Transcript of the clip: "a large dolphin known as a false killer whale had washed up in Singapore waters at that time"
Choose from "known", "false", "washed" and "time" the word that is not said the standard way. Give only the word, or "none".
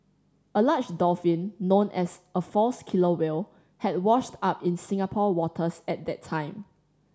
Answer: none